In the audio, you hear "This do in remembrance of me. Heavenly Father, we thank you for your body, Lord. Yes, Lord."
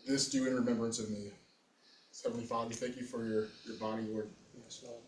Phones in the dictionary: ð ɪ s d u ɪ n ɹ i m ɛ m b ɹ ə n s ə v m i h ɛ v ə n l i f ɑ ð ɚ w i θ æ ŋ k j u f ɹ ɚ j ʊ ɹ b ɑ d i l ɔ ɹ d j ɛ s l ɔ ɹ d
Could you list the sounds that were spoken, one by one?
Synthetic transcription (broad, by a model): ð ɪ s d u ɪ n ɹ i m ɛ m b ɹ ə n s ə v m i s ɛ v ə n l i f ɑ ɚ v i θ æ ŋ k j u f ɹ ɚ j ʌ ɹ b ɑ d i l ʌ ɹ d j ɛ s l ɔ